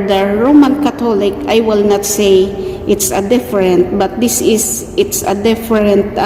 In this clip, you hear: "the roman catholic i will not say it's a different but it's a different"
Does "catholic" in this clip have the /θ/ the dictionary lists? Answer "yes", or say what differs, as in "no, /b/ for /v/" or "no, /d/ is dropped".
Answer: no, /t/ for /θ/